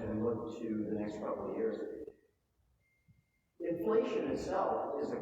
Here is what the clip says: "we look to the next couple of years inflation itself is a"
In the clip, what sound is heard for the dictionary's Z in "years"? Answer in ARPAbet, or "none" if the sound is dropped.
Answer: Z